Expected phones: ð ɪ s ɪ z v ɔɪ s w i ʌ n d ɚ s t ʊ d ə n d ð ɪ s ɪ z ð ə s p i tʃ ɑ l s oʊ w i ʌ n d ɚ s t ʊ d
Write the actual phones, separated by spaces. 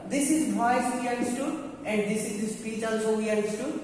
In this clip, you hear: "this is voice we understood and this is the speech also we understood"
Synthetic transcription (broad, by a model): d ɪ s ɪ z b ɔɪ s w i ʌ d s t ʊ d ə n d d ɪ s ɪ z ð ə s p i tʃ ɑ l s oʊ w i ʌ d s t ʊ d